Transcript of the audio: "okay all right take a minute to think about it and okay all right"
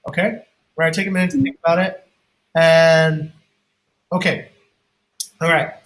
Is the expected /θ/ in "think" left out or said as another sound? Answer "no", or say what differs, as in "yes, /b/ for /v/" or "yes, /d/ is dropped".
no